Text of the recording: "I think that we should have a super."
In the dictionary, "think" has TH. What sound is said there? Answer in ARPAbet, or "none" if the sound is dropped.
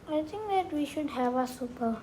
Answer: T